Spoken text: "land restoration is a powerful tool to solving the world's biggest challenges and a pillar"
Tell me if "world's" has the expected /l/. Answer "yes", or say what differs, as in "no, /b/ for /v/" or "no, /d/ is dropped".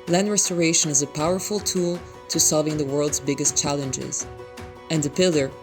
yes